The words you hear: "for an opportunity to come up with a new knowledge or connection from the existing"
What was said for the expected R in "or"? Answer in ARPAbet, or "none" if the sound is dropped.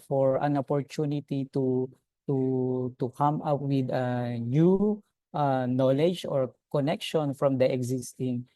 R